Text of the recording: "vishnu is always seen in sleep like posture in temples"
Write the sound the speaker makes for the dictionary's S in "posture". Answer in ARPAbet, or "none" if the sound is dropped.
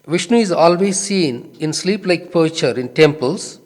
none